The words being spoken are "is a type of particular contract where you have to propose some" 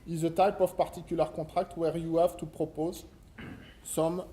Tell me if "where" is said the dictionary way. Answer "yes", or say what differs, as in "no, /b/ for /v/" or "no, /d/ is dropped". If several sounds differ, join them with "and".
yes